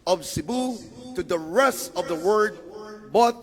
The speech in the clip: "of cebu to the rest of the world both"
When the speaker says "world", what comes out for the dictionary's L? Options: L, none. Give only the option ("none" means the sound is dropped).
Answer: none